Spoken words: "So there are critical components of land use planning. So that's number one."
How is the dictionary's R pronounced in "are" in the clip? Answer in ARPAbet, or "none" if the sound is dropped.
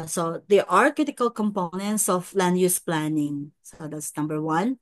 R